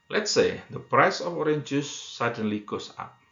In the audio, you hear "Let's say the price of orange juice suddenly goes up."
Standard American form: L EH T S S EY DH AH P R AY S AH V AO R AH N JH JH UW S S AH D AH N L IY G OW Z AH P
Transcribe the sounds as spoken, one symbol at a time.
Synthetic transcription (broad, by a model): L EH T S S EY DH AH P R AY S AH F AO R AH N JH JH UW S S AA D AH N L IY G OW S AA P